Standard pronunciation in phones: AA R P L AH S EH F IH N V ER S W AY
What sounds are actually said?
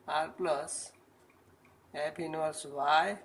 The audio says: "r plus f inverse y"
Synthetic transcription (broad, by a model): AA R P L AH S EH P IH N ER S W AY